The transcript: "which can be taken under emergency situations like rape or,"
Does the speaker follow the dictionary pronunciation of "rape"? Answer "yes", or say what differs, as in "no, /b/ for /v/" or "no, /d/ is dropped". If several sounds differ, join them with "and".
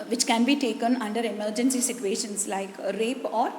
yes